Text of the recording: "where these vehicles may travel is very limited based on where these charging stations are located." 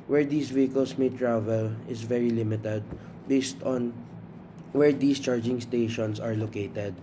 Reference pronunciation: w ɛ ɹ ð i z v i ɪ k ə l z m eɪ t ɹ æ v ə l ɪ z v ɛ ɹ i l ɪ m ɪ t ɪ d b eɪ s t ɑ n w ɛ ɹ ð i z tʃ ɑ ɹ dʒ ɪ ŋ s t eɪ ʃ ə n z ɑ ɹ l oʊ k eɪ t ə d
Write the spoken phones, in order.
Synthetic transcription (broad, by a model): w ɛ ɹ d i s v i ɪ k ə l s m eɪ t ɹ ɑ v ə l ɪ s v ɛ ɹ i l ɪ m ɪ t ɪ d b eɪ s t ɑ n w ɛ ɹ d i s tʃ ɑ ɹ dʒ ɪ ŋ s t eɪ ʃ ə n s ɑ ɹ l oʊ k eɪ t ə d